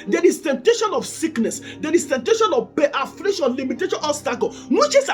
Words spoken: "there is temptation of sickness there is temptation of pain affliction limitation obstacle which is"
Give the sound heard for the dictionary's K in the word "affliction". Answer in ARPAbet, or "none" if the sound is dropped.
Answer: none